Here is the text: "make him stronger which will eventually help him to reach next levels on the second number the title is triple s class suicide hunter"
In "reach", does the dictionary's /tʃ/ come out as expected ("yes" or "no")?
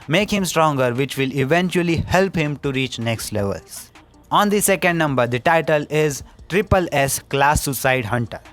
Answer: yes